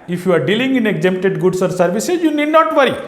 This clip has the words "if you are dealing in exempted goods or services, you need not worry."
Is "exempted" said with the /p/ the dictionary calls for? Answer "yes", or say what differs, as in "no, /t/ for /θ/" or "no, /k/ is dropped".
no, /p/ is dropped